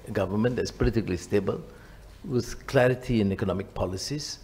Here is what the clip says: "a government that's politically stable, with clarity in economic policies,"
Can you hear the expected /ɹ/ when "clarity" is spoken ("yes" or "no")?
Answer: yes